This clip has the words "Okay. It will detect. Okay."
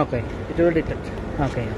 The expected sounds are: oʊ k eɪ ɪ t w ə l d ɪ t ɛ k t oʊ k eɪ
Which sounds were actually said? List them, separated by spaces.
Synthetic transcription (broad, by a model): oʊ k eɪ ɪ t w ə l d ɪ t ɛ t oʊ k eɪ